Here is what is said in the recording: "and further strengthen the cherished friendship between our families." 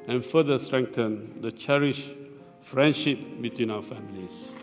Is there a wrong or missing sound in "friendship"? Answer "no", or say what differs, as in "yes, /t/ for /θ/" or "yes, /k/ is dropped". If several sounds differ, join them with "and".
no